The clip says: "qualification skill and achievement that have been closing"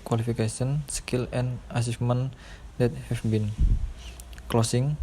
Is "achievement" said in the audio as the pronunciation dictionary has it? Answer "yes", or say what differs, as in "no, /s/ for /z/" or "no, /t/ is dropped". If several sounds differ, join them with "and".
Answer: no, /s/ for /tʃ/